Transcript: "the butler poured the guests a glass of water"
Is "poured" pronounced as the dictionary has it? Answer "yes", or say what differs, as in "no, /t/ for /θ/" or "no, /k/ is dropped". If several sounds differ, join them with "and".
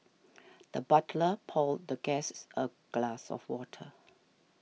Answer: no, /l/ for /ɹ/